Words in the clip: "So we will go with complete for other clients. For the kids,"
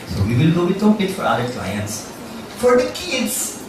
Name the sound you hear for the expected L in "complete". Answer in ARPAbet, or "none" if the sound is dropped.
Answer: none